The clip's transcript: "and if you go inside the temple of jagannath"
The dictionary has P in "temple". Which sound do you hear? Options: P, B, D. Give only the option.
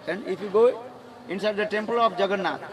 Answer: P